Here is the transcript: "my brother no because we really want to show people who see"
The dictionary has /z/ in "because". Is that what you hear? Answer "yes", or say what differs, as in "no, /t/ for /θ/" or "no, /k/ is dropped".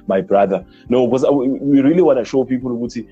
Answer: no, /z/ is dropped